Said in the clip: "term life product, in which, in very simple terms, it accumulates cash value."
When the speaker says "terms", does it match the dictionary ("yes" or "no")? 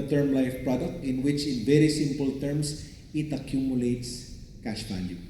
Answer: no